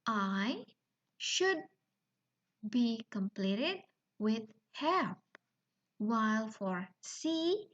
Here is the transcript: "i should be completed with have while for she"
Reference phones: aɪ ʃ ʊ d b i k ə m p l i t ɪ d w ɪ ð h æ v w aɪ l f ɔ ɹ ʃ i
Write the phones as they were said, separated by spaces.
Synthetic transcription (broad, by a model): aɪ ʃ ʊ d b i k ə m p l i t ɪ d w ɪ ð h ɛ p w aɪ l f ɔ ɹ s i